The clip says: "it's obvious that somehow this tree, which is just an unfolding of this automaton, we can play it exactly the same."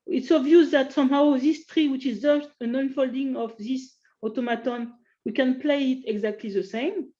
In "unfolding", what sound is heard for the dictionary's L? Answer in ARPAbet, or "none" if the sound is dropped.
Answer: L